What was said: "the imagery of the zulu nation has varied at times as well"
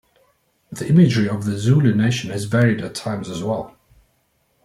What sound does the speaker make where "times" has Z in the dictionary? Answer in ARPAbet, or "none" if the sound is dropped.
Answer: Z